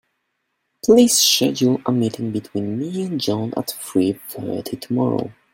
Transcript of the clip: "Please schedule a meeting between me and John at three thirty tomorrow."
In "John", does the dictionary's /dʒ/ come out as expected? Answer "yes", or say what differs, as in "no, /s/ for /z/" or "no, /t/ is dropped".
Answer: yes